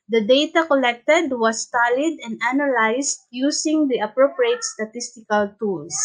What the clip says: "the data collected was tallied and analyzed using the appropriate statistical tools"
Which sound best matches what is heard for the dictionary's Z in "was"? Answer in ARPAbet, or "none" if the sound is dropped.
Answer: S